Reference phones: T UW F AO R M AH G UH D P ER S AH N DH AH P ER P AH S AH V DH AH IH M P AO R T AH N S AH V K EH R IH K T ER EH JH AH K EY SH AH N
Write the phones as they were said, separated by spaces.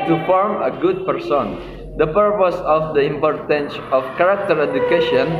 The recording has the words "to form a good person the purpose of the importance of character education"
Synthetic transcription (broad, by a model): T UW F AO R M AH G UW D P ER S AH N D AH P ER P AH S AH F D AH IH M P AO R T AH N S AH F K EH R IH K T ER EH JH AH K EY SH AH N